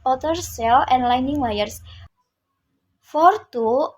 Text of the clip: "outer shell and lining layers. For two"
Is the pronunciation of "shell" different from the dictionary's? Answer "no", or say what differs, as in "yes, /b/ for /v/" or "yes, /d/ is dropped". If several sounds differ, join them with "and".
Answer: yes, /s/ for /ʃ/